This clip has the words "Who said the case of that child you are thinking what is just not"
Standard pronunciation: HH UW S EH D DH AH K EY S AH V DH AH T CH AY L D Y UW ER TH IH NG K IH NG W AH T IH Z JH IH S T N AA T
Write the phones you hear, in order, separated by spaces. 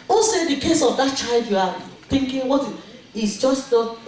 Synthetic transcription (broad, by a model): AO S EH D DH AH K EY S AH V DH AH T CH AY L D Y UW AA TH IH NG K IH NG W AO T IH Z JH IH S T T